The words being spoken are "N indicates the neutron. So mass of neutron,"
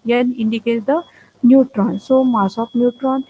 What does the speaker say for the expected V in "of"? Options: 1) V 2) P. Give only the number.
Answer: 2